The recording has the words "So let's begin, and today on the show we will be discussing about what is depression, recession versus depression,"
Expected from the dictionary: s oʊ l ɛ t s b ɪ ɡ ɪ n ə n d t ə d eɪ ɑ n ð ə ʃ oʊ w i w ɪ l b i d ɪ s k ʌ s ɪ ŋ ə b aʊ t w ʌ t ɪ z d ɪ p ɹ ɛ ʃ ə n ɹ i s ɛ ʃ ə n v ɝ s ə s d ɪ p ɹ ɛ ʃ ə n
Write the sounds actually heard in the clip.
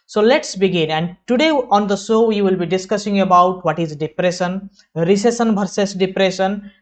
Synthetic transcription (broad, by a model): s oʊ l ɛ t s b ɪ ɡ ɪ n ə n d t ə d eɪ ɑ n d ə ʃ oʊ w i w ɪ l b i d ɪ s k ʌ s ɪ ŋ ə b aʊ t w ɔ t ɪ z d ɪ p ɹ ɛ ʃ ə n ɹ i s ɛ s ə n b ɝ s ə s d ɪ p ɹ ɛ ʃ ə n